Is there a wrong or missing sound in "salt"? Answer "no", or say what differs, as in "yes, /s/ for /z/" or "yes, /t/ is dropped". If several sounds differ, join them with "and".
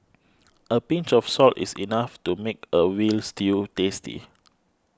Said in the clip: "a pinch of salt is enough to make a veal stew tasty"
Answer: no